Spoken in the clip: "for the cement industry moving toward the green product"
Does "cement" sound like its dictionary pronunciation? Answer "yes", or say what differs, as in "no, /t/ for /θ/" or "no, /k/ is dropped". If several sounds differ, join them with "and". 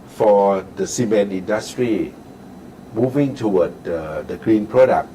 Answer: no, /t/ is dropped